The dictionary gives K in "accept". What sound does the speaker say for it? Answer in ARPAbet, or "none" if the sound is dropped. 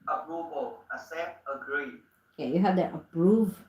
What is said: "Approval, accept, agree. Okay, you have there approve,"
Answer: none